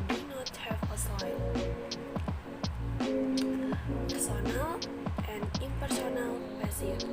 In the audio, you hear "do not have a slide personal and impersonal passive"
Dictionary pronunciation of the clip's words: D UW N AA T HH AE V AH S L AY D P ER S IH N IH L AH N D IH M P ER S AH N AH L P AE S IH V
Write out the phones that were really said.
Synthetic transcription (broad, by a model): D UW N AA T HH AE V AH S AY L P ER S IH N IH L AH N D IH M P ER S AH N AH L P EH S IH